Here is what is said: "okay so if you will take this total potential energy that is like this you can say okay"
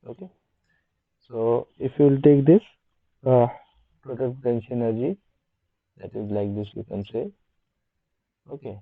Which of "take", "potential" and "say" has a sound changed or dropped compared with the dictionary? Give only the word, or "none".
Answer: potential